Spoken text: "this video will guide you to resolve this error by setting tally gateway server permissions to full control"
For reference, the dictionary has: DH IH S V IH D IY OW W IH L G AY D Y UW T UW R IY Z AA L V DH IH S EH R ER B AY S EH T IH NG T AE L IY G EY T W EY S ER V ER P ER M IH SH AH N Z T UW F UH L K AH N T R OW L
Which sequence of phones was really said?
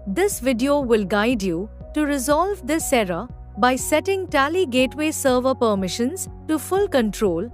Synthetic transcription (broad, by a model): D IH S V IH D IY OW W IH L G AY D Y UW T UW R IY Z AA L V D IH S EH R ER B AY S EH T IH NG T AE L IY G EY T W EY S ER V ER P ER M IH SH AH N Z T UW F UH L K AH N T R OW L